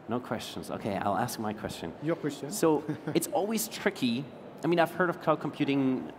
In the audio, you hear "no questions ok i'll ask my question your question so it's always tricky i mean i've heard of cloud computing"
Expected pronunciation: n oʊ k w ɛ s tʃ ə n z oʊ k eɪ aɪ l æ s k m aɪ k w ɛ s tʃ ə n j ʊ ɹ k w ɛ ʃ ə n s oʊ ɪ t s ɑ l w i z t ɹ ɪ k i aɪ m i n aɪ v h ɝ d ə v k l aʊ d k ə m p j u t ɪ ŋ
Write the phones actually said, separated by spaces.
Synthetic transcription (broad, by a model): n oʊ k w ɛ s tʃ ə n z oʊ k eɪ aɪ l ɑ s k m aɪ k w ɛ s tʃ ə n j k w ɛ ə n s oʊ ɪ t s ɑ l w i z t ɹ ɪ k i aɪ m i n aɪ v h ɝ d ə v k aʊ k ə m p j u t ɪ ŋ